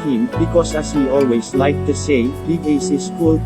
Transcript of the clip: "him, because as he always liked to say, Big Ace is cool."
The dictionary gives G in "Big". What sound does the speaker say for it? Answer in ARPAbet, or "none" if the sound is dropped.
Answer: none